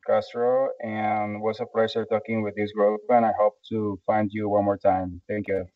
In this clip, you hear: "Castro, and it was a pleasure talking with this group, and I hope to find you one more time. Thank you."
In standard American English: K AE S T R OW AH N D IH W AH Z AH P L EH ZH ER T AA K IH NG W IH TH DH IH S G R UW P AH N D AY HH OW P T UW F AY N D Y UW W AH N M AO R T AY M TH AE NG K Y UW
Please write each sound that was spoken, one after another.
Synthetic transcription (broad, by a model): K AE S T R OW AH N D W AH S AH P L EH S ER T AA K IH NG W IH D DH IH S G R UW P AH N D AY HH OW P T UW F AY N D Y UW W AH N M AO R T AY M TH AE NG K Y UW